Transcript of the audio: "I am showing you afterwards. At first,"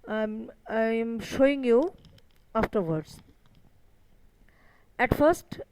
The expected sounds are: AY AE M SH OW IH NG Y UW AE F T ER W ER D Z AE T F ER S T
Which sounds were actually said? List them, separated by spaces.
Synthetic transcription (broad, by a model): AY M SH OW IH NG Y UW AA F T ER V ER D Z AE T F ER S T